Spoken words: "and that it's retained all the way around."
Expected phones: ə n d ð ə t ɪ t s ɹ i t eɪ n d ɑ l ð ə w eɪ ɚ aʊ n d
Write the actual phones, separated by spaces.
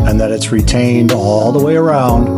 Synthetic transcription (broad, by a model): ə n ð ə t ɪ t s ɹ i t eɪ n d ɑ l ð ə w eɪ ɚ aʊ n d